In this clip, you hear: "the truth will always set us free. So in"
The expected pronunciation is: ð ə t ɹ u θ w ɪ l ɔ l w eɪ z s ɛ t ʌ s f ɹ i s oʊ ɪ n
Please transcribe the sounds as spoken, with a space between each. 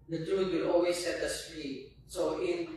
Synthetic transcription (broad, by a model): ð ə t ɹ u t w ɪ l ɔ l w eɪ s ɛ t ʌ s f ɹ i s oʊ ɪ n